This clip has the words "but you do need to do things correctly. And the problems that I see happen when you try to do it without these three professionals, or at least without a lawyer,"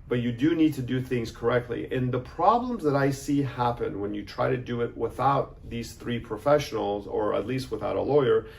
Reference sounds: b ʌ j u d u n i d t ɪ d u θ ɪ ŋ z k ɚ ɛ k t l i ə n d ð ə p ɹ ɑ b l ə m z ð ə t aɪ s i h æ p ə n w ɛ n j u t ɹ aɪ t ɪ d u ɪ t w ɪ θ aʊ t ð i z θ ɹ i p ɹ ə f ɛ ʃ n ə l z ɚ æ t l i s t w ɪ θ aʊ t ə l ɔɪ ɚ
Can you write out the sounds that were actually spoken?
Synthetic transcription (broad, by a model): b ʌ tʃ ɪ d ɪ n i d t ɪ d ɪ θ ɪ ŋ z k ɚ ɛ k t l i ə n ð ə p ɹ ɑ b l ə m z ð ə t aɪ s i h æ p ə n w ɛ n j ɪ t ɹ aɪ t ɪ d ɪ ɪ t w ɪ θ aʊ t ð i z θ ɹ i p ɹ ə f ɛ ʃ n l z ɚ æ t l i s t w ɪ θ aʊ t ə l ɔɪ ɚ